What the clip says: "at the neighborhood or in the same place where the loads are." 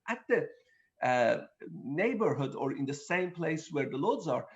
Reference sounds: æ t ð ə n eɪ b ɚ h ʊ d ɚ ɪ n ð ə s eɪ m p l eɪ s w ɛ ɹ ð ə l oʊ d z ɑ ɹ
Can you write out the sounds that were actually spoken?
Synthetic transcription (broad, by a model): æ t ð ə n eɪ b ɚ h ʊ d ɚ ɪ n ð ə s eɪ m p l eɪ s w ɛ ɹ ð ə l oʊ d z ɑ ɹ